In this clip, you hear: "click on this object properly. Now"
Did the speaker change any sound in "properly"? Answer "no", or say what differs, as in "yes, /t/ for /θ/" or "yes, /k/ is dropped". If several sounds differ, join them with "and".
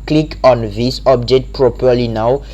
no